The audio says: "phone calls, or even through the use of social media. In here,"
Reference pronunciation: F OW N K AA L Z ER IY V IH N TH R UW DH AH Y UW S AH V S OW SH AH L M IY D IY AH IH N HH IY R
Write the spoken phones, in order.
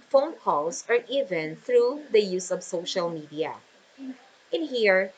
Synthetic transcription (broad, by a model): F OW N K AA L S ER IY V IH N TH R UW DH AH Y UW S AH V S OW SH AH L M IY D IY AH IH N HH IY R